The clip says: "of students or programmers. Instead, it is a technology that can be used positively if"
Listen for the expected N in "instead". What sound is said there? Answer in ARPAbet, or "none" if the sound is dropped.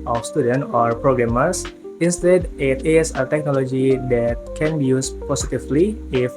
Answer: N